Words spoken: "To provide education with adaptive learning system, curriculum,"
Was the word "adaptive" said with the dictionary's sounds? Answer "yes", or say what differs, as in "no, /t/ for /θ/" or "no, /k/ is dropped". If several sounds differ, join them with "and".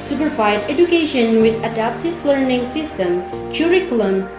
yes